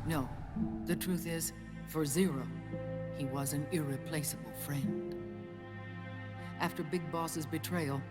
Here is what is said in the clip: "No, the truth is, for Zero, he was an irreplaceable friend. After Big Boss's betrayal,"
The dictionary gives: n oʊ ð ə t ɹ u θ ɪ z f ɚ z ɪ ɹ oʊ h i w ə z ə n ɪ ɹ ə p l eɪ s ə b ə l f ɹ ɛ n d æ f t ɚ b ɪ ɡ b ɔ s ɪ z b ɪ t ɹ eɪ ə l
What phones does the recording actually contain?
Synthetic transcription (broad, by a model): n oʊ ð ə t ɹ u θ ɪ z f ɚ z ɪ ɹ oʊ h i w ə z ə n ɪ ɹ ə p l eɪ s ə b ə l f ɹ ɛ n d æ f t ɚ b ɪ ɡ b ɔ s ɪ z b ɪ t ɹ eɪ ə l